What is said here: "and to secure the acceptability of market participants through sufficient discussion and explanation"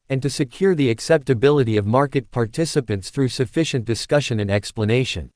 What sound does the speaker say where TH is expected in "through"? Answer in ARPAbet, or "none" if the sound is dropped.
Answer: TH